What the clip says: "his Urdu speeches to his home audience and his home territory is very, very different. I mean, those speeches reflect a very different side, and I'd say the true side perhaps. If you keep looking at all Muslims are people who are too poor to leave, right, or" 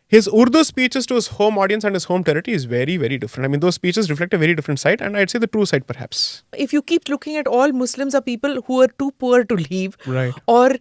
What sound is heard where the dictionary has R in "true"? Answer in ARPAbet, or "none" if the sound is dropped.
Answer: R